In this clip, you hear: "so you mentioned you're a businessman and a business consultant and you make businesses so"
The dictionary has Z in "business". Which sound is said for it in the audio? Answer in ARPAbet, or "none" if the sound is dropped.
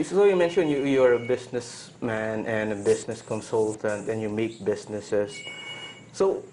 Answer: S